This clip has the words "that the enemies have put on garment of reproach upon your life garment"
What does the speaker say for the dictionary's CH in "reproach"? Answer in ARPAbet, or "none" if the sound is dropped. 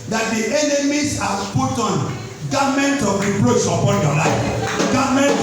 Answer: S